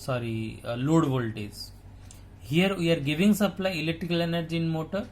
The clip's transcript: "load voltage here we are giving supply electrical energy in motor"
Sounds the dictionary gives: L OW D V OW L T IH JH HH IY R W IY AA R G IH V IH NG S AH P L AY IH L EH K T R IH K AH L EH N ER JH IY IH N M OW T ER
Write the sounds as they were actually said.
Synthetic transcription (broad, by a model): L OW D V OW L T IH Z HH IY R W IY AA R G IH V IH NG S AH P L AY IH L EH K T R IH K AH L EH N ER JH IY N M OW T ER